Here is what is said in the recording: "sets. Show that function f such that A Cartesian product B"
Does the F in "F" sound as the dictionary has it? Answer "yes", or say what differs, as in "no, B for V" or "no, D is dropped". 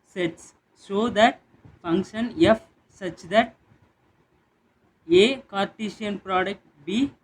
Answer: yes